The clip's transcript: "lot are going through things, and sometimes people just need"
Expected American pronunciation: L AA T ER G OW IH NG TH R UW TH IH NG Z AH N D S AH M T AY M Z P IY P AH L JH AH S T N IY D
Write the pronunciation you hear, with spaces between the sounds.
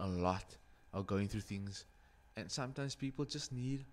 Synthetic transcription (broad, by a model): L AA T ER G OW IH NG TH R UW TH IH NG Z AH N S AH M T AY M S P IY P AH L JH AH S N IY D